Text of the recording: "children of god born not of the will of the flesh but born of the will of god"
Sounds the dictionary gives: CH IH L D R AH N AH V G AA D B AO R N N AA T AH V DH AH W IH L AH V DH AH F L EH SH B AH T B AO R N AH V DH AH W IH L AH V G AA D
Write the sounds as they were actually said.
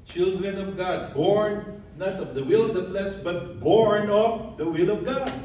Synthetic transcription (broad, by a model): CH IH L D R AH N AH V G AA D B AO R N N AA T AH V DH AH W IH L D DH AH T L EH S B AH T B AO R N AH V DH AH W IH L AH V G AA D